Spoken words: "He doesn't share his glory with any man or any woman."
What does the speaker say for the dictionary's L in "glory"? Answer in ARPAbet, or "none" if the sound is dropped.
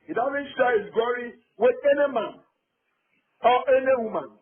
none